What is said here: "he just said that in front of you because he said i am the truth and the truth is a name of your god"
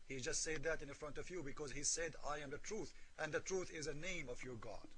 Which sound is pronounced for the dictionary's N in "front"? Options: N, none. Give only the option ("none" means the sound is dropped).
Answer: N